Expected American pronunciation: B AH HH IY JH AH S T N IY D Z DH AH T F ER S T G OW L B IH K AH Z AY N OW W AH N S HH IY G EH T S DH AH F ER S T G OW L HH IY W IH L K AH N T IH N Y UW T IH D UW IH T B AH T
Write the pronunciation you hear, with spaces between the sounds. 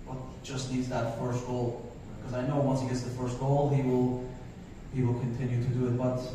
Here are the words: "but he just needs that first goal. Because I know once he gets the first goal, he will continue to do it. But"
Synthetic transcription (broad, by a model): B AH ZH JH AH S T N IY D Z DH AH T F ER S T G OW L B K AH Z AY N OW W AH N S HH IY G EH T S DH AH F ER S T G OW L HH IY W IH L K AH N T IH N Y UW T IH D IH IH T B AH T